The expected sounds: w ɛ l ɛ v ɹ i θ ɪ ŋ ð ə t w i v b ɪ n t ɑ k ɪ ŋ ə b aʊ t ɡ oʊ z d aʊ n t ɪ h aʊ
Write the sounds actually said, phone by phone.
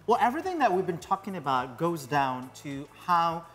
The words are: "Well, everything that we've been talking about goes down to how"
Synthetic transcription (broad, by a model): w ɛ l ɛ v ɹ i θ ɪ ŋ ð ə t w i v b ɪ n t ɑ k ɪ ŋ ə b aʊ t ɡ oʊ z d aʊ n t ɪ h aʊ